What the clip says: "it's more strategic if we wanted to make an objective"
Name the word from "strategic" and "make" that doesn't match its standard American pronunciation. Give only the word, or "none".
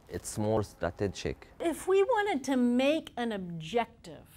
strategic